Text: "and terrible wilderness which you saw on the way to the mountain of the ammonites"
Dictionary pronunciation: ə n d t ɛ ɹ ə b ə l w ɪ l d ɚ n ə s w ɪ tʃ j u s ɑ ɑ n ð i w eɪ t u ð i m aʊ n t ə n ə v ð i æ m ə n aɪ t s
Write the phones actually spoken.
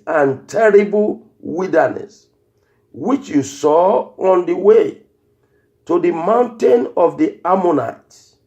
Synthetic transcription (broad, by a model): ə n t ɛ ɹ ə b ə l w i d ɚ n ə s w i tʃ j u s ɑ ɑ n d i w eɪ t u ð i m aʊ n t ə n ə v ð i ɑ m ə n aɪ t